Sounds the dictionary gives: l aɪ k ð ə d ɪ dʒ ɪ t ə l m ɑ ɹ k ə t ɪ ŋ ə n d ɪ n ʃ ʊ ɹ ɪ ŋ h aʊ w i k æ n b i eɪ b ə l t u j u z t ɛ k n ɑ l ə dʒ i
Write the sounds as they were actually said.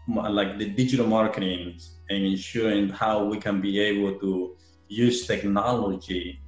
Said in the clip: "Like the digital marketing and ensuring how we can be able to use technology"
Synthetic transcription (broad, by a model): l aɪ k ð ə d ɪ dʒ ɪ t ə l m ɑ ɹ k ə t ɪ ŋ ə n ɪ n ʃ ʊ ɹ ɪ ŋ h aʊ w i k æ n b i eɪ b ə l t u j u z t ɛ k n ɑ l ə dʒ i